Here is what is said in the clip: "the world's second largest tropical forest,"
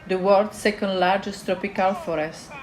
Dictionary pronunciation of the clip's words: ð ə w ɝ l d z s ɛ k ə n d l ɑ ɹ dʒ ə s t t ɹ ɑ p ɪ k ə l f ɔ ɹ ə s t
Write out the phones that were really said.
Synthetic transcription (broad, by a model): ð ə w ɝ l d s ɛ k ə n d l ɑ ɹ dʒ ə s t t ɹ ɑ p ɪ k ə l f ɔ ɹ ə s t